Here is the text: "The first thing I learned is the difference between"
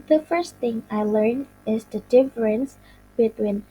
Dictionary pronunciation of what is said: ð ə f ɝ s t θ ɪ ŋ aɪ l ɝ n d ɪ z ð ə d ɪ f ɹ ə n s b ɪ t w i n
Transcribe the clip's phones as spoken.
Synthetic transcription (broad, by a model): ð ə f ɝ s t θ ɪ ŋ aɪ l ɝ n ɪ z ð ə d ɪ f ɹ ə n s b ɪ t w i n